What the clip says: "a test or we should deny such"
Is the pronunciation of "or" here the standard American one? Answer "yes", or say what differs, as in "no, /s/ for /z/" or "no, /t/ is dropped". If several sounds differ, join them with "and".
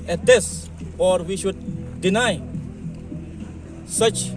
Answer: yes